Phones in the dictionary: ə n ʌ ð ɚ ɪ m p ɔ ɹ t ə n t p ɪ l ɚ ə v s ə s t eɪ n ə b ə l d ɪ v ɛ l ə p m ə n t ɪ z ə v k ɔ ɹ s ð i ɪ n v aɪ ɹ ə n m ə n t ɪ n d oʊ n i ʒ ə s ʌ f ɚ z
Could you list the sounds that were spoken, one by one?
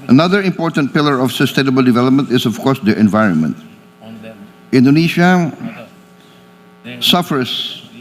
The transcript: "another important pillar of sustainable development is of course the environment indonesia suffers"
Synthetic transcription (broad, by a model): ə n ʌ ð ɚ ɪ m p ɔ ɹ t ə n t p ɪ l ɚ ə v s ə s t eɪ n ə b ə l d ɪ v ɛ l ə p m ə n t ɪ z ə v k ɔ ɹ s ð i ɪ n v aɪ ɹ ə n m ə n t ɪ n d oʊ n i ʃ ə s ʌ f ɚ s